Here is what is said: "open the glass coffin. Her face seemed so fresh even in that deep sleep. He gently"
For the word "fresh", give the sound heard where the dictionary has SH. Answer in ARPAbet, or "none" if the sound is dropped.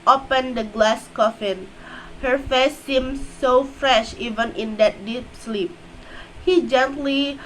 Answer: SH